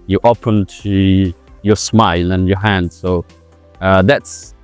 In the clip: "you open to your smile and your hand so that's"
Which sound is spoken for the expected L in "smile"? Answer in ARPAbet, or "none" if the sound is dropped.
L